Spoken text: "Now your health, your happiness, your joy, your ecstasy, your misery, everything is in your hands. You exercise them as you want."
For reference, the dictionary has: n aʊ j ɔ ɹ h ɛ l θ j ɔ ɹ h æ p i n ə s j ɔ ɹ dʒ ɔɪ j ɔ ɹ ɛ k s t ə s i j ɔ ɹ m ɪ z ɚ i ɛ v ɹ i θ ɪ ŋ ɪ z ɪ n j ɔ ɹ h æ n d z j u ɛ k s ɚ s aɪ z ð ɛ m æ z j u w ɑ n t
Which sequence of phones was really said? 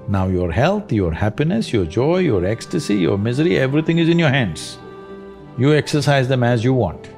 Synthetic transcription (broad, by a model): n aʊ j ɔ ɹ h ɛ l t j ɔ ɹ h æ p i n ə s j ɔ ɹ dʒ ɔɪ j ɔ ɹ ɛ k s t ə s i j ɔ ɹ m ɪ z ɚ i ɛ v ɹ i t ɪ ŋ ɪ z ɪ n j ɔ ɹ h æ n d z j u ɛ k s ɚ s aɪ z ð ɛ m æ z j u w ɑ n t